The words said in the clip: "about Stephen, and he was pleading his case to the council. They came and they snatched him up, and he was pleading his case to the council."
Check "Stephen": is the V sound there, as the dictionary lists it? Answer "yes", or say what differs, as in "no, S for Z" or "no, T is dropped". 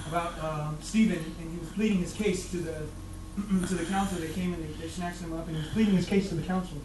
yes